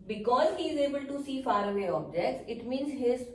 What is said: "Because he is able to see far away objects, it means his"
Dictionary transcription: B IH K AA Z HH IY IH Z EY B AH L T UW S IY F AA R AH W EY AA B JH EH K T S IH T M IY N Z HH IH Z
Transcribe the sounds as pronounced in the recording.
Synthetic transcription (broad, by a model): B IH K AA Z HH IY IH Z EY B AH L T UW S IY F AA R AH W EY AA B JH EH K T S IH T M IY N Z HH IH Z